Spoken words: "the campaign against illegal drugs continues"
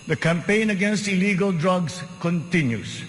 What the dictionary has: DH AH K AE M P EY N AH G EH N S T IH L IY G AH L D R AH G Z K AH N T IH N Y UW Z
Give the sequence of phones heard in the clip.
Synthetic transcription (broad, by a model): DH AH K AE M P EY N AH G EH N S T IH L IY G AH L D R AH G S K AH N T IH N Y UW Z